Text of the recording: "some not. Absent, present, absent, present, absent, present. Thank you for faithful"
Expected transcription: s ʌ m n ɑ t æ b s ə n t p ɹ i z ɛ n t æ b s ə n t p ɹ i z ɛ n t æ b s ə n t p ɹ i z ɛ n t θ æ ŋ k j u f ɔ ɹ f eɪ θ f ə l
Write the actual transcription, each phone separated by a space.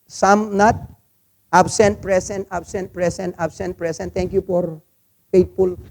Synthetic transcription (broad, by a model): s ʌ m n ɑ t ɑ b s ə n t p ɹ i s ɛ n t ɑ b s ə n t p ɹ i s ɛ n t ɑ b s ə n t p ɹ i s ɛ n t t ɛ ŋ k j u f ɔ ɹ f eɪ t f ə l